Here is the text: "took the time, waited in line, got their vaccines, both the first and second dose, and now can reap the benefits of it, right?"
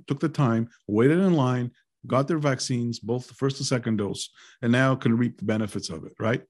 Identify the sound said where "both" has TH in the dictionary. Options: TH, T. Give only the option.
TH